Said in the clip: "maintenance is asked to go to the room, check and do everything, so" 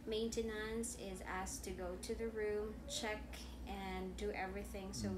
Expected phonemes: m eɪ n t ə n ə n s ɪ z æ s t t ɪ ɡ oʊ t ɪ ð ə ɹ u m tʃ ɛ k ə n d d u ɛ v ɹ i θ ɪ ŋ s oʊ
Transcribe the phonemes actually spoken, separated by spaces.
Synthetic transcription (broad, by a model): m eɪ n t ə n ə n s ɪ z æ s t t ɪ ɡ oʊ t ɪ ð ə ɹ u m tʃ ɛ k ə n d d ɛ v ɹ i θ ɪ ŋ s oʊ